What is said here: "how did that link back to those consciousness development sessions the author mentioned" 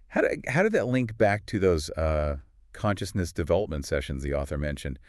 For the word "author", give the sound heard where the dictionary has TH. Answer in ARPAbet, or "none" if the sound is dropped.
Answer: TH